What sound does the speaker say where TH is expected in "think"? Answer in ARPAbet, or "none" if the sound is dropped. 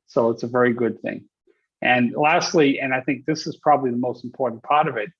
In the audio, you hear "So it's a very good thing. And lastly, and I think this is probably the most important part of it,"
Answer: TH